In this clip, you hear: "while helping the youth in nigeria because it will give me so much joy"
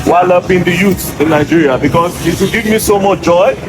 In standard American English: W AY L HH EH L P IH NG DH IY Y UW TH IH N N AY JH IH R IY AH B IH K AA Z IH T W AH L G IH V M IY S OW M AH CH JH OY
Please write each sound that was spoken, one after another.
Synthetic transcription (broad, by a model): W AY L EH P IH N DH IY Y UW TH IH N N AY JH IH R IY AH B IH K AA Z IH T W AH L G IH V M IY S OW M AH CH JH OY